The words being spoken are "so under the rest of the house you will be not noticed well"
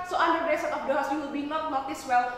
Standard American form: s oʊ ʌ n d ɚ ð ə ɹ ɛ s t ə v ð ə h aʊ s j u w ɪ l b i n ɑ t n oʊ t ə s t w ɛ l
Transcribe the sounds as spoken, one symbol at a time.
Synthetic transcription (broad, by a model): s oʊ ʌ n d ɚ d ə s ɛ t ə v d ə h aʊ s j u w ɪ l b i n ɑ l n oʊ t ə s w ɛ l